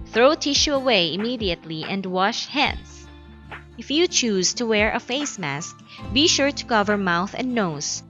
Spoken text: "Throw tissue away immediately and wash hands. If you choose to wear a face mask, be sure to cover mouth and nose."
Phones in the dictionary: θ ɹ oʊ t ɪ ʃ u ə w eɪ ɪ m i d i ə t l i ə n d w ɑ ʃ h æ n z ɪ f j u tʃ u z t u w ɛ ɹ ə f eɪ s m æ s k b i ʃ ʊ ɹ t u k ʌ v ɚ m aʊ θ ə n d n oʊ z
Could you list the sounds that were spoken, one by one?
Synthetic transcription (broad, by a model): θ ɹ oʊ t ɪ ʃ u ə w eɪ ɪ m i d i ə t l i ə n d w ɑ ʃ h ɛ n s ɪ f j u tʃ u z t u w ɛ ɹ ə f eɪ s m æ s k b i ʃ ʊ ɹ t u k ʌ v ɚ m aʊ θ ə n d n oʊ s